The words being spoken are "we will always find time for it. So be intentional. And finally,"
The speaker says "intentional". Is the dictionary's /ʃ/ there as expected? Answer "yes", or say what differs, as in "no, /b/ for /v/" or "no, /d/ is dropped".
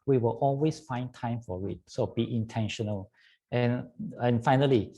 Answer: yes